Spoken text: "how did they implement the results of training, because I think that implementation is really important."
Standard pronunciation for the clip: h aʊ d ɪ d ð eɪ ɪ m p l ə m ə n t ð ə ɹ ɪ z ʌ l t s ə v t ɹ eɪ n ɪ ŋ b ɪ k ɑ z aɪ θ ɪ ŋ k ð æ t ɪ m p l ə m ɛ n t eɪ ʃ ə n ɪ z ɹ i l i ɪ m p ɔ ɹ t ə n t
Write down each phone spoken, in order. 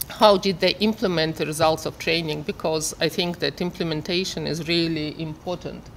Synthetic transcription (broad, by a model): h aʊ d ɪ d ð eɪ ɪ m p l ə m ə n t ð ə ɹ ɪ z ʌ l t s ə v t ɹ eɪ n ɪ ŋ b ɪ k ɑ z aɪ θ ɪ ŋ k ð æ t ɪ m p l ə m ɛ n t eɪ ʃ ə n ɪ z ɹ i l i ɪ m p ɔ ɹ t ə n t